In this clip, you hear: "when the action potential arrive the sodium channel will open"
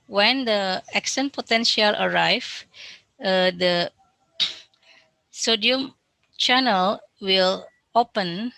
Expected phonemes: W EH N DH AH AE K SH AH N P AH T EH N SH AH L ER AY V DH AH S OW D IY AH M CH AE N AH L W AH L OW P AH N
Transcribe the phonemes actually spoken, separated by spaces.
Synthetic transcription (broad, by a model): W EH N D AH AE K S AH N P AH T EH N SH AH L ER AY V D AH S OW D IY AH M CH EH N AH L W AH L OW P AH N